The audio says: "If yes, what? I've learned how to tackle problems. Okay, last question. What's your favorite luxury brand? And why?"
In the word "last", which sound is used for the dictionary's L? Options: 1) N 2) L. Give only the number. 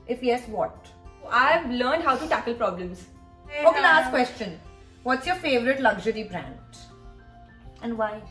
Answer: 1